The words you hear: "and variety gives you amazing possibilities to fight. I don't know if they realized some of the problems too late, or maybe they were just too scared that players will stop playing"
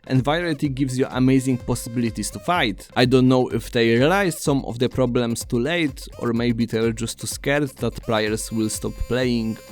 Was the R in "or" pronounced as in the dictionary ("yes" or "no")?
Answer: yes